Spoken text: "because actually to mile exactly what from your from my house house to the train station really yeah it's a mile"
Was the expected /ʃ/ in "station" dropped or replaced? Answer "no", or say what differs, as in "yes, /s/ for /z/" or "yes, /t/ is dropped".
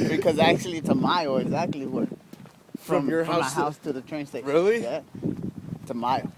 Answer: yes, /ʃ/ is dropped